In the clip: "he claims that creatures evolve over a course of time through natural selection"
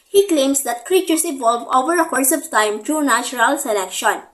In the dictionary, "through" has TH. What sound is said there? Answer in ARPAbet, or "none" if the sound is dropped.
T